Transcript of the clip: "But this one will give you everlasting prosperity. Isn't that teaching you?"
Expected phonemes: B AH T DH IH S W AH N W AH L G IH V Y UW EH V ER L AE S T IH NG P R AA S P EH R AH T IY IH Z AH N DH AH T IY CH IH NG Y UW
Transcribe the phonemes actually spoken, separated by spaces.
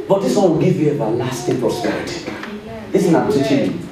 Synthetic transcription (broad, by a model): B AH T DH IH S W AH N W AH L G IH V Y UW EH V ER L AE S T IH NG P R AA S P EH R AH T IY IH S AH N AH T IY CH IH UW